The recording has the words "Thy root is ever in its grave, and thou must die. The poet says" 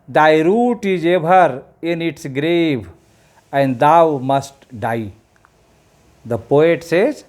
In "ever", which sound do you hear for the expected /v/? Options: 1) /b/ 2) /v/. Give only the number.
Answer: 1